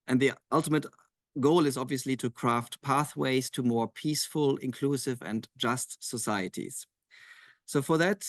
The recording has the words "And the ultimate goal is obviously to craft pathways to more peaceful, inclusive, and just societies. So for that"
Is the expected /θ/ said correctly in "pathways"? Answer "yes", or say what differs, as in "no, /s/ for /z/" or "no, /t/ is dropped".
yes